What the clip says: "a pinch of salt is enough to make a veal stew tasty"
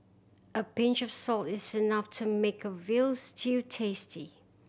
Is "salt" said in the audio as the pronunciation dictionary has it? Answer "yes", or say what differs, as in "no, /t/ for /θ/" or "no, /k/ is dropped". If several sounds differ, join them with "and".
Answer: yes